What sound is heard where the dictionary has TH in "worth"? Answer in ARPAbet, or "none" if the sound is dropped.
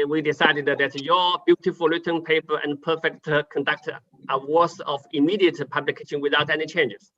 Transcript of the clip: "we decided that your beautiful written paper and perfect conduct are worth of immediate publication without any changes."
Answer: S